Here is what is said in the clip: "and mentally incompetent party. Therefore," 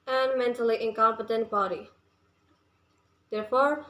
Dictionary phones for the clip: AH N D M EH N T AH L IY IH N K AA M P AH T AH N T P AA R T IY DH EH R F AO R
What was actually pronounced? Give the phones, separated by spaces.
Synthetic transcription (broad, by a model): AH N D M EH N T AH L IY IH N K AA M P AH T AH N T B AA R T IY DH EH R F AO R